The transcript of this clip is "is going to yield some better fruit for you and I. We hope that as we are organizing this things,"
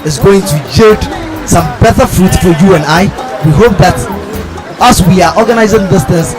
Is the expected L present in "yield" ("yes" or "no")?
no